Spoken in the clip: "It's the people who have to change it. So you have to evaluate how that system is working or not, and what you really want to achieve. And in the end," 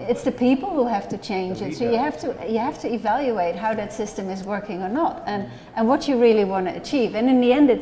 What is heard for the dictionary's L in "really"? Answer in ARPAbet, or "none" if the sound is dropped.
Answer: L